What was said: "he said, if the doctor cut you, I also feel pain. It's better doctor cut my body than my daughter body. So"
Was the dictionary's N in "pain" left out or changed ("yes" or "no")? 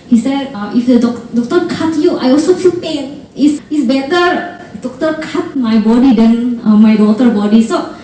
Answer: no